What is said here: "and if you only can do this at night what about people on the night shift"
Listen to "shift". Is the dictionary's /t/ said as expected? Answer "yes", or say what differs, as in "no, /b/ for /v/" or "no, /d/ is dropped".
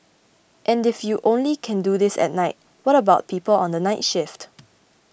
yes